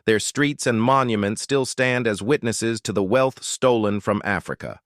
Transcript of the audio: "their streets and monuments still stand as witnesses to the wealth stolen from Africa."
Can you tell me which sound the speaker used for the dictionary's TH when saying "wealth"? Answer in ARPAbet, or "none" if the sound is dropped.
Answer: TH